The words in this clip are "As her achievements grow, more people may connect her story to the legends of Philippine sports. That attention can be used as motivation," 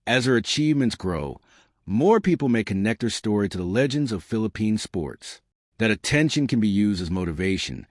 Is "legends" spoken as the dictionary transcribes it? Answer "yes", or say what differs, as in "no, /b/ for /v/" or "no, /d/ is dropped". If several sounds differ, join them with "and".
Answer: yes